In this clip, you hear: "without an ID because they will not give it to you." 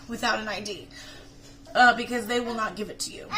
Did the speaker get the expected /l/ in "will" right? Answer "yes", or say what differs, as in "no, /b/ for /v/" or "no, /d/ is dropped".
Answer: yes